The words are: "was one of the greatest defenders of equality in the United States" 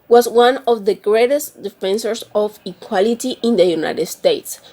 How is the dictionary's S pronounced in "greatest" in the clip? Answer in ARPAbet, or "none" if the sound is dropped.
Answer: S